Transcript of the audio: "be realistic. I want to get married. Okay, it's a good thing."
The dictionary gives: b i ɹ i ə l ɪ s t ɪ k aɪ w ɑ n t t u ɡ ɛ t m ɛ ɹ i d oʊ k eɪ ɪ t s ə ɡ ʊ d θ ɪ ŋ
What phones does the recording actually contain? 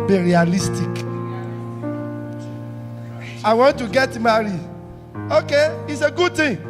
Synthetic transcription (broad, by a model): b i ɹ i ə l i s t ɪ k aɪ w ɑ n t t u ɡ ɛ t m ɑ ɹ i oʊ k eɪ ɪ t s ə ɡ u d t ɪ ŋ